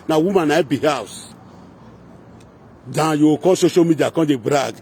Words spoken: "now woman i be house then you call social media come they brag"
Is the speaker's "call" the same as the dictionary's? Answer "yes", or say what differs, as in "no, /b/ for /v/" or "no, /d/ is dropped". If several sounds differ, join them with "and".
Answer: no, /n/ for /l/